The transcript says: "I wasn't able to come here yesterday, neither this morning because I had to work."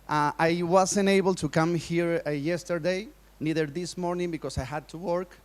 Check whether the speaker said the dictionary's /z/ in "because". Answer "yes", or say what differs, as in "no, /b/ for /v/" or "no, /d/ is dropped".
no, /s/ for /z/